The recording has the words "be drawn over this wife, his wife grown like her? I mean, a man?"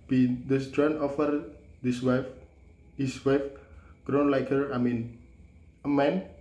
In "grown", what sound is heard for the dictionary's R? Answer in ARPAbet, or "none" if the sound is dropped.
R